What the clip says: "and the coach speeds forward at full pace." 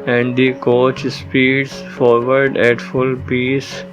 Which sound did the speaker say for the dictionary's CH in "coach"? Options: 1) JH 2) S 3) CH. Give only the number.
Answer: 3